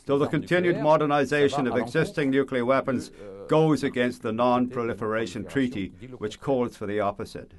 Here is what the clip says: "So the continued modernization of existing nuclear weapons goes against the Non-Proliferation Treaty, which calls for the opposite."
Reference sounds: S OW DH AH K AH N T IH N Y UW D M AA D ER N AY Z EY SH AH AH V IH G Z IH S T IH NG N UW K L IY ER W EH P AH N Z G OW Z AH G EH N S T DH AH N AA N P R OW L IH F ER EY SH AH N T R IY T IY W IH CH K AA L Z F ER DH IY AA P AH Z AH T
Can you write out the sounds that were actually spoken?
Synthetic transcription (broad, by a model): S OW DH AH K AH N T IH N Y UW D M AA D ER N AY Z EY SH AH AH V IH G Z IH S T IH NG N UW K L IY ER W EH P AH N Z G OW Z AH G EH N S T DH AH N AA N P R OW L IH F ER EY SH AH N T R IY T IY W IH CH K AA L Z F ER DH IY AA P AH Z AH T